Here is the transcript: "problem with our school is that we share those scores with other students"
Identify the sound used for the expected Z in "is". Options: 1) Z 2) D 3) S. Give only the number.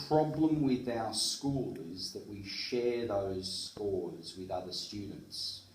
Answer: 1